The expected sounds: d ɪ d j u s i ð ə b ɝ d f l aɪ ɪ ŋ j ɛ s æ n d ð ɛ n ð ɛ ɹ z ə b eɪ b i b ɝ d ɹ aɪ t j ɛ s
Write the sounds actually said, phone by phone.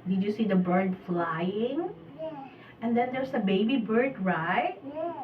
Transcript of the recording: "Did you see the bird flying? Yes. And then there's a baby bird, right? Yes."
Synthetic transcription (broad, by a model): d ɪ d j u s i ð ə b ɝ d f l aɪ ɪ ŋ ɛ n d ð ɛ n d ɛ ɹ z ə b eɪ b i b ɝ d ɹ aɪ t